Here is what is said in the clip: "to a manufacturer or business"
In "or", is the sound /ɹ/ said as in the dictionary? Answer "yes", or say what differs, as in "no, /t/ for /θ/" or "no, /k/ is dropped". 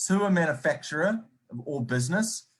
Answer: no, /l/ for /ɹ/